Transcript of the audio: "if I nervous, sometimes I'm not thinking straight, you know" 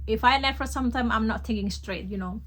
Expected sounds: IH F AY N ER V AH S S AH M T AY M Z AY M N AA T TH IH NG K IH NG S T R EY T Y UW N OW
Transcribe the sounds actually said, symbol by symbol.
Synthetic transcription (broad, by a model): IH F AY L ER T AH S S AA M T AY M AY M N AA T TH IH NG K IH NG S T R EY T Y UW N OW